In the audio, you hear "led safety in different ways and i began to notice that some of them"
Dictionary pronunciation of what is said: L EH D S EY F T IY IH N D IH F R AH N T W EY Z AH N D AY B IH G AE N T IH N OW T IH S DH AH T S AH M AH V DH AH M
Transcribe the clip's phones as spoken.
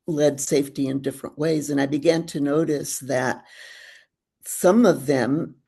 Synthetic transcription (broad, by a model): L EH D S EY F T IY IH N D IH F R AH N T W EY Z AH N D AY B IH G AE N T IH N OW T IH S DH AH T S AH M AH V DH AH M